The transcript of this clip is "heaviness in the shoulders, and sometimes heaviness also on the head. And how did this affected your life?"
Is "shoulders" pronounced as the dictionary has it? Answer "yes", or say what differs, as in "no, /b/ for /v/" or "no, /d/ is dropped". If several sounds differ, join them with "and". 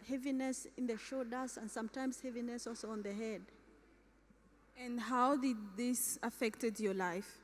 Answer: no, /l/ is dropped